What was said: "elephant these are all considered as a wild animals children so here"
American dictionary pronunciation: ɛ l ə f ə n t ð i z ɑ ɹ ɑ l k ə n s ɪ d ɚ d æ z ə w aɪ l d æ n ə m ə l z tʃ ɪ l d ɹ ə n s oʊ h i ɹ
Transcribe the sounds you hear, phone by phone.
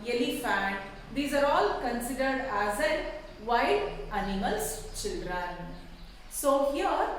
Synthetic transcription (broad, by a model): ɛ l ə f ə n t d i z ɑ ɹ ɑ l k ə n s ɪ d ɚ d æ z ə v aɪ d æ n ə m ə l s tʃ ɪ l d ɹ ə n s oʊ h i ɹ